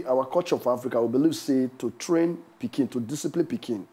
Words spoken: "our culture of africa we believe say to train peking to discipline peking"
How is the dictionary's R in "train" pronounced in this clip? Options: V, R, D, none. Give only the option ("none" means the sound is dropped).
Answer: R